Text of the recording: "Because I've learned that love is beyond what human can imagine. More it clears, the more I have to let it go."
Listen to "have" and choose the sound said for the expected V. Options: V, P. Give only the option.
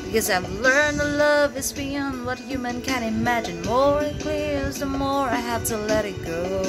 P